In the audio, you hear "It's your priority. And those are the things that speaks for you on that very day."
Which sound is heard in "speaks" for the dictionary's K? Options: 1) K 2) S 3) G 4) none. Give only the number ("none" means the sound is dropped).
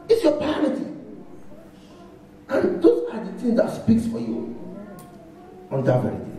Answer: 1